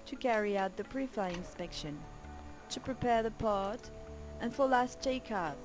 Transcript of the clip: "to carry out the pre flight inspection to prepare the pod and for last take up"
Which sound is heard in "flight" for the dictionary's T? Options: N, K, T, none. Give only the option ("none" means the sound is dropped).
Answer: none